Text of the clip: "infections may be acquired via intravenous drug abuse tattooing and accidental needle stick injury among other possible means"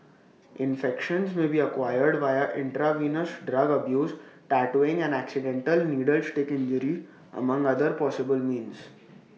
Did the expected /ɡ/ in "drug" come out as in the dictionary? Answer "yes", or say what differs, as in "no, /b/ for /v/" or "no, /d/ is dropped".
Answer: yes